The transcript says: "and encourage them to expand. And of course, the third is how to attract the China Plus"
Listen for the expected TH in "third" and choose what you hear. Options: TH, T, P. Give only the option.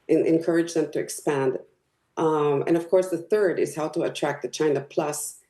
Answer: TH